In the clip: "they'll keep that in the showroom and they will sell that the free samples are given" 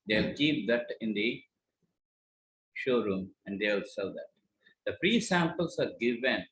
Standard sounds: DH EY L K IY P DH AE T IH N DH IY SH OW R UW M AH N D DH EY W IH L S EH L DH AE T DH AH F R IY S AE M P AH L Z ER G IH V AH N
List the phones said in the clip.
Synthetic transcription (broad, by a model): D EY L K IY P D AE T IH N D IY SH OW R UW M AH N D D EY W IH L S EH L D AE T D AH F R IY S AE M P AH L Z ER G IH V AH N